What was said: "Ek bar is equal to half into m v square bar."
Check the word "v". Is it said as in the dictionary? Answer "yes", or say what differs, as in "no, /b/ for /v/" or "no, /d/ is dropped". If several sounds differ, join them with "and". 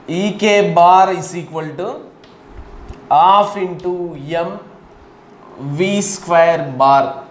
yes